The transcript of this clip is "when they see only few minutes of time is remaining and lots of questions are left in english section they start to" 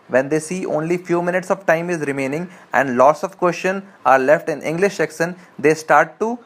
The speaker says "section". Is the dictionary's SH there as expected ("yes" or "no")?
no